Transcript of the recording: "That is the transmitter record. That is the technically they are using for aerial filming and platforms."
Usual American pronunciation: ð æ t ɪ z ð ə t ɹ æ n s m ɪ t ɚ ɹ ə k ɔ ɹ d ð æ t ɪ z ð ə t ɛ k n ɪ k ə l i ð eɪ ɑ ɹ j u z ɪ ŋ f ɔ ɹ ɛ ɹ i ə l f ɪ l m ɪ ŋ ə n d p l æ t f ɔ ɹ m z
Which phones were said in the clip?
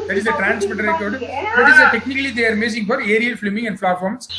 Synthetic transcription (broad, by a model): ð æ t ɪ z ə t ɹ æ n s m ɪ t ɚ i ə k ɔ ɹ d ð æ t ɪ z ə t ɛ k n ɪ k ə l i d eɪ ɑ ɹ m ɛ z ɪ ŋ f ɔ ɹ ɛ ɹ i ə l f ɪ m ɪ ŋ ə n d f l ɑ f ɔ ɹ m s